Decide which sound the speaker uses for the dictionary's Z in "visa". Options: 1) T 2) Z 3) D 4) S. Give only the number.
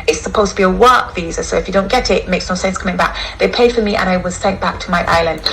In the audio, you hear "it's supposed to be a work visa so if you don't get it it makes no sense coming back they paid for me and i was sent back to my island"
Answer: 2